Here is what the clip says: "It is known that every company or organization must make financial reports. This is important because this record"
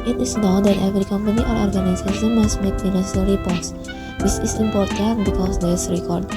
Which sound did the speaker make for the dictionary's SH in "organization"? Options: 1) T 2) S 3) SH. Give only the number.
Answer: 2